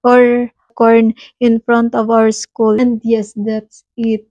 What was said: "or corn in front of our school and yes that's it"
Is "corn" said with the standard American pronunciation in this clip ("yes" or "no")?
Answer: yes